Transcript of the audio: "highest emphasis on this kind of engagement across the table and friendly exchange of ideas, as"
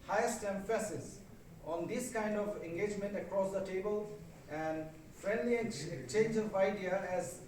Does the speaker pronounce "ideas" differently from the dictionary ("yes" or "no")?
yes